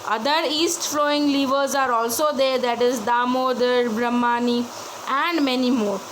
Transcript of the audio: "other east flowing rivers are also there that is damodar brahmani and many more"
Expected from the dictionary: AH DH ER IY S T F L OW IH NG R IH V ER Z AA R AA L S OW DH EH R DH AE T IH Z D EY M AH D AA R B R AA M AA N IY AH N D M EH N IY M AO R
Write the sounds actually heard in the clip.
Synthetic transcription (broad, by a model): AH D ER IY S T F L OW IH NG L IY V ER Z AA R AA L S OW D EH R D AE T IH Z D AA M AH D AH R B R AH M AA N IY AH N D M EH N IY M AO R